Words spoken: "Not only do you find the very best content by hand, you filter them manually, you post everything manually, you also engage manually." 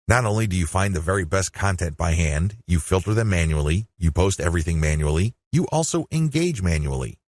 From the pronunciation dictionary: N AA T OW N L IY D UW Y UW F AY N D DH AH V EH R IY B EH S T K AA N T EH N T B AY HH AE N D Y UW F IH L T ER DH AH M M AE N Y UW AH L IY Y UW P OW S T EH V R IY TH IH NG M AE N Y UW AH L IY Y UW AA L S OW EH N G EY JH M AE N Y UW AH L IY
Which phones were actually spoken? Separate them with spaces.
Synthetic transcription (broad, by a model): N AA T OW N L IY D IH Y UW F AY N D DH AH V EH R IY B EH S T K AA N T EH N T B AY HH AE N D Y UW F IH L T ER DH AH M M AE N Y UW L IY Y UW P OW S T EH V R IY TH IH NG M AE N Y UW L IY Y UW AA L S OW EH N G EY JH M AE N Y UW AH L IY